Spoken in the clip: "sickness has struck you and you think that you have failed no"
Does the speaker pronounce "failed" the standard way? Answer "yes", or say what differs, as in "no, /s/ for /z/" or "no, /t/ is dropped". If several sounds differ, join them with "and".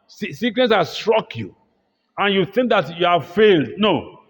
yes